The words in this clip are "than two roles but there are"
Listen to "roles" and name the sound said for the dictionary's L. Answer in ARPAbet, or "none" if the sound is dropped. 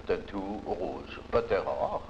none